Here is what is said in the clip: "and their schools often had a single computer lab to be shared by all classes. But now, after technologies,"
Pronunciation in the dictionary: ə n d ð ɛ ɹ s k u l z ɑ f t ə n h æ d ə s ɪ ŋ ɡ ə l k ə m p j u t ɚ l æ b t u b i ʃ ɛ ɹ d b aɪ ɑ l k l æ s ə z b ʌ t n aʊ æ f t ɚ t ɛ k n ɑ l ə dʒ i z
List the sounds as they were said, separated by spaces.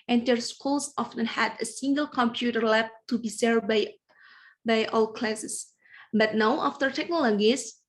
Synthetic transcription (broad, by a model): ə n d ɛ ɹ s k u l s ɑ f t ə n h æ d ə s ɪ ŋ ɡ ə l k ə m p j u t ɚ l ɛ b t u b i s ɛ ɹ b b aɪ ɑ l k l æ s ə s b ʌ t n aʊ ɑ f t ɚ t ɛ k n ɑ l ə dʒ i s